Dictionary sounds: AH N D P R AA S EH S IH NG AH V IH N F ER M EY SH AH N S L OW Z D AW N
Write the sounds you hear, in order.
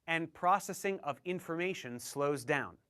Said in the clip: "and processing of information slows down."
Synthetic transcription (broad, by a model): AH N P R AA S EH S IH NG AH V IH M F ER M EY SH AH N S L OW Z D AW N